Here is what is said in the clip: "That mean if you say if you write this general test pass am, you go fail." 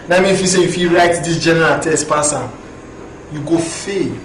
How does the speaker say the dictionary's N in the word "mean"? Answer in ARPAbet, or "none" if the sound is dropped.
none